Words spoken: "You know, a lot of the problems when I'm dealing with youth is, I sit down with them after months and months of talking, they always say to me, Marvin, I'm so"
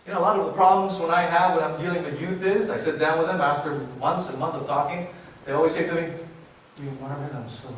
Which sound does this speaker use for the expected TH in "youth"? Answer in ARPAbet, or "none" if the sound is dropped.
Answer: TH